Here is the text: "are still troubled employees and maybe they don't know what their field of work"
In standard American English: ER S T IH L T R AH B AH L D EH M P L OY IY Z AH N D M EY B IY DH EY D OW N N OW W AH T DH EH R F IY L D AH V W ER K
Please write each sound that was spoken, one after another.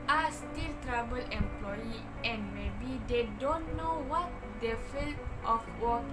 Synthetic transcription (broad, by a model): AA S T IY L T R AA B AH L EH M P L OY IY AH N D M EY B IY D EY D OW N N OW W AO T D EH F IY L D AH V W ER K